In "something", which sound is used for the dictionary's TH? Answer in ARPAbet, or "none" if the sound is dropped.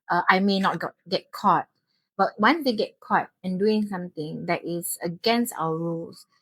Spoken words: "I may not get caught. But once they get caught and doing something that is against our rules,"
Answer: T